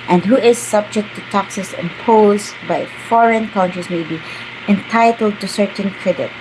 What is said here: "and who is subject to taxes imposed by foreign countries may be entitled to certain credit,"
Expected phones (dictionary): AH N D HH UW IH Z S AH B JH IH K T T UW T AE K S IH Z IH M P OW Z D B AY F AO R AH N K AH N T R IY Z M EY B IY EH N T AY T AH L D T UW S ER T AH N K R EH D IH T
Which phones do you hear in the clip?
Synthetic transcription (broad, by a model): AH N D HH UW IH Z S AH B JH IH K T T UW T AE K S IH S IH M P OW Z B AY F AO R AH N K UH N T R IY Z M EY B IY EH N T AY T AH L D T UW S ER T AH N K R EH D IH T